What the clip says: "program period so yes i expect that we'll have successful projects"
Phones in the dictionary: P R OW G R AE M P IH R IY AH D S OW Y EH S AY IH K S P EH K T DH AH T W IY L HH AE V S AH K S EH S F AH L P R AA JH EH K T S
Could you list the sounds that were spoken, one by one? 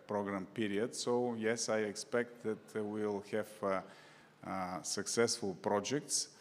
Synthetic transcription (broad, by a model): P R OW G R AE M P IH R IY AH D S OW Y EH S AY IH K S P EH K T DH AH T W IY L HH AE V S AH K S EH S F AH L P R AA JH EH K T S